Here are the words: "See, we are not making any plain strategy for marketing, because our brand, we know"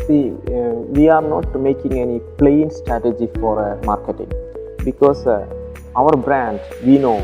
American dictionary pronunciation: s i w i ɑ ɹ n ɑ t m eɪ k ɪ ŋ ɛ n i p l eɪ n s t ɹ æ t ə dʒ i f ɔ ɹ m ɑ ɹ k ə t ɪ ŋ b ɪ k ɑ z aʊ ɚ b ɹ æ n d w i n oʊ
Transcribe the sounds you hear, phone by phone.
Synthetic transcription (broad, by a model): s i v i ɑ ɹ n ɑ t m eɪ k ɪ ŋ ɛ n i p l eɪ n s t ɹ æ t ə dʒ i f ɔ ɹ m ɑ ɹ k ə t ɪ ŋ b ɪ k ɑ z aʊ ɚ b ɹ æ n d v i n oʊ